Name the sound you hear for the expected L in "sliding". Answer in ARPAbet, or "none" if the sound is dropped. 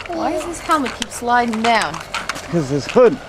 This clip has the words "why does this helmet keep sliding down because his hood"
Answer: L